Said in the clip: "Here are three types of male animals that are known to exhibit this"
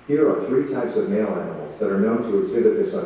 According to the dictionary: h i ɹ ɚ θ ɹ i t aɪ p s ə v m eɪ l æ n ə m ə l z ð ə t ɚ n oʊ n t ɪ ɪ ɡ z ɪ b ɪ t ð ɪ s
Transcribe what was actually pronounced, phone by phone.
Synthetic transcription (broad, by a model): h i ɹ ɚ θ ɹ i t aɪ p s ə v m eɪ l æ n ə m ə l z ð ə t ɚ n oʊ n t ɪ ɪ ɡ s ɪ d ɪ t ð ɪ s